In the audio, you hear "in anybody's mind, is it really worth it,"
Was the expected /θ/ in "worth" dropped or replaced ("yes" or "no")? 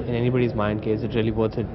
yes